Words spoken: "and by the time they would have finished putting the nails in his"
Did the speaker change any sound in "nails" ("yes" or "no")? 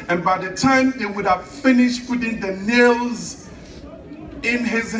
no